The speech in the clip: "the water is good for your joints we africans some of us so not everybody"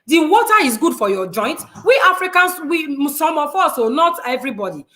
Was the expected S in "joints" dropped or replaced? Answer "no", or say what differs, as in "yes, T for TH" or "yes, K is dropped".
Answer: yes, S is dropped